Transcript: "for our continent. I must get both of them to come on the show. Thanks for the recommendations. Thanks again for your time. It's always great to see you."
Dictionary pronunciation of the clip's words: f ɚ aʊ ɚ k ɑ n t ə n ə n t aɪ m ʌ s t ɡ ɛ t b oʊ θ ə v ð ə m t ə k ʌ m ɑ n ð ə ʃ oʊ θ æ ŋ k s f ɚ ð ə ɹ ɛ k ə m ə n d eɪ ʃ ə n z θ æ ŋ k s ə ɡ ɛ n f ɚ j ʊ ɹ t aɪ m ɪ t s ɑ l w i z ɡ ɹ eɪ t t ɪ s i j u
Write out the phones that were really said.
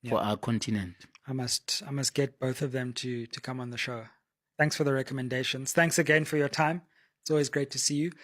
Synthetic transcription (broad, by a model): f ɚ aʊ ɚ k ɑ n t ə n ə n t aɪ m ʌ s t ɡ ɛ t b oʊ θ ə v ð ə m t ə k ʌ m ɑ n ð ə ʃ oʊ θ æ ŋ k s f ɚ ð ə ɹ ɛ k ə m ə n d eɪ ʃ ə n z θ æ ŋ k s ə ɡ ɛ n f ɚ j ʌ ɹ t aɪ m ɪ t s ɑ l w i z ɡ ɹ eɪ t t ɪ s i j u